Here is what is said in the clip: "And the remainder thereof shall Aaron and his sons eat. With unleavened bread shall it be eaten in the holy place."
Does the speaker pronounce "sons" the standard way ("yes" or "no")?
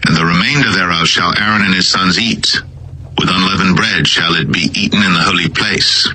yes